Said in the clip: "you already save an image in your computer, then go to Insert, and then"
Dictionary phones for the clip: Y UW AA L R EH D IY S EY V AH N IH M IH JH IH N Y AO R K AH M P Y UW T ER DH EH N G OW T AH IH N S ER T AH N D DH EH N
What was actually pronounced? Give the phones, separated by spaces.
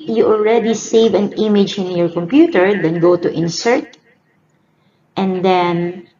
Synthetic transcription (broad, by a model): Y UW AA L R EH D IY S EY V AH N IH M IH JH IH N Y AO R K AH M P Y UW T ER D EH N G OW T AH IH N S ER T AH N D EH N